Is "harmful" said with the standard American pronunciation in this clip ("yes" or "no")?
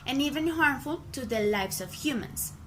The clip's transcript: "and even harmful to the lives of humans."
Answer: yes